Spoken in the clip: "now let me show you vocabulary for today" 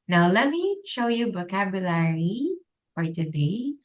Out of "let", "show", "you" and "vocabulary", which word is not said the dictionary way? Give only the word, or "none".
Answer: vocabulary